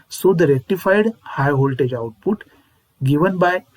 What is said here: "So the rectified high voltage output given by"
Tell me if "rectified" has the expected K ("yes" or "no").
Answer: no